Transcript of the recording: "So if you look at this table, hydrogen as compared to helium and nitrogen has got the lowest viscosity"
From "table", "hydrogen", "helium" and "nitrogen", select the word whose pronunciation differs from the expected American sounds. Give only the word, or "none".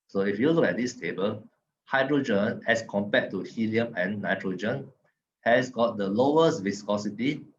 none